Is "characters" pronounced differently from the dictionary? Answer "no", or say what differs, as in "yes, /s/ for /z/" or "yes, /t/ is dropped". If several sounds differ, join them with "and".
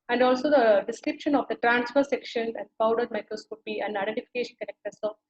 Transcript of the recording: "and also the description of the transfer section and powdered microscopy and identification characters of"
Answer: yes, /s/ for /z/